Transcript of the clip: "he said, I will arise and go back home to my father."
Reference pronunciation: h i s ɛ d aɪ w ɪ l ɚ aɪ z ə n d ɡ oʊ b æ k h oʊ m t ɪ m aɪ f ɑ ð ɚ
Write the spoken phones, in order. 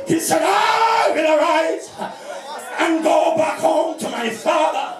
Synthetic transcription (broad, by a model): h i s ɛ d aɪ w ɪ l ɚ aɪ z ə n ɡ oʊ b æ k h oʊ m t ɪ m aɪ f ɑ ð ɚ